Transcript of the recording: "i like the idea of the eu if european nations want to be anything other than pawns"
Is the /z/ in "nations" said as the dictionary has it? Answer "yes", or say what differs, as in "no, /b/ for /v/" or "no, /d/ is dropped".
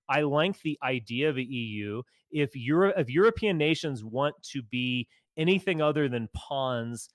yes